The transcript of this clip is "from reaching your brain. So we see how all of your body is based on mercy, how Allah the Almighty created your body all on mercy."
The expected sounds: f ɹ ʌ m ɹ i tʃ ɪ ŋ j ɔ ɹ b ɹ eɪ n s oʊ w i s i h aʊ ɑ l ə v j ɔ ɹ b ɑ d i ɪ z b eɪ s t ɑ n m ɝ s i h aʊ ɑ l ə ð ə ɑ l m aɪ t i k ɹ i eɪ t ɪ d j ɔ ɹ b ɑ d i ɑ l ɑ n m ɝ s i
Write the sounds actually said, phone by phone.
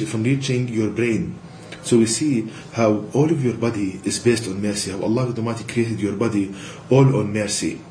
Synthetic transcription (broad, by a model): f ɹ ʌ m ɹ i tʃ ɪ ŋ j ɔ ɹ b ɹ eɪ n s oʊ w i s i h aʊ ɑ l ə v j ɔ ɹ b ɑ d i ɪ z b eɪ s t ɑ n m ɝ s i h aʊ ɑ l ə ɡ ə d m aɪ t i k ɹ i eɪ t ɪ d j ɔ ɹ b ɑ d i ɑ l ɑ n m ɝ s i